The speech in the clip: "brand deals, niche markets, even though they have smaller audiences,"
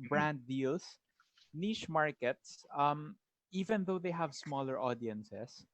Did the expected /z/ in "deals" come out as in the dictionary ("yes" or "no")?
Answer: no